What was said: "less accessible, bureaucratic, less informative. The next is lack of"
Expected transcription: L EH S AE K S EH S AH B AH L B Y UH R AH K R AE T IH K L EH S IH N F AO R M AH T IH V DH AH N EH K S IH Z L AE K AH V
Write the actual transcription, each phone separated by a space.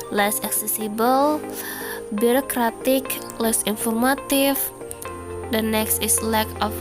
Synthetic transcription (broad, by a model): L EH S AE K S EH S AH B AH L B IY R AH K R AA T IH K L EH S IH N F AO R M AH T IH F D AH N EH K S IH S L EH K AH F